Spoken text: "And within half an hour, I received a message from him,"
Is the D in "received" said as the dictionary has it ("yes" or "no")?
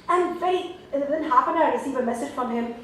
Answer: no